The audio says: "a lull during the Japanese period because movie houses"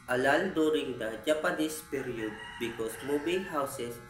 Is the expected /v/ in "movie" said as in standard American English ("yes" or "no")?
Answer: no